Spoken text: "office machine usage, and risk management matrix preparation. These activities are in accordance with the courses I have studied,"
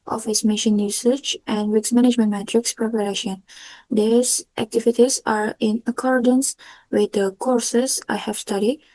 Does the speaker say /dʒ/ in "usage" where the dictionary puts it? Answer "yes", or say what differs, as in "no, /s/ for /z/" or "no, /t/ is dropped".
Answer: no, /tʃ/ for /dʒ/